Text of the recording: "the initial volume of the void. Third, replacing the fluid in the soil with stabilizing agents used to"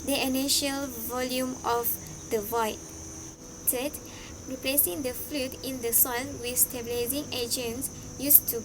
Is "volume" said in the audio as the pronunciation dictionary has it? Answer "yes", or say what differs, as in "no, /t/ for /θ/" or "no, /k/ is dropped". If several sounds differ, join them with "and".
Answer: yes